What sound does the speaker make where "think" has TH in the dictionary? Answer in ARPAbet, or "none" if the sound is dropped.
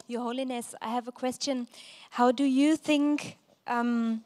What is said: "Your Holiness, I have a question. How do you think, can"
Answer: TH